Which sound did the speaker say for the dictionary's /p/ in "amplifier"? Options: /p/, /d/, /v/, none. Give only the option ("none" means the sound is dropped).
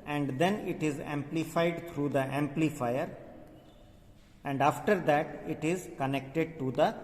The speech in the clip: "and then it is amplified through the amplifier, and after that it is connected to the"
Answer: /p/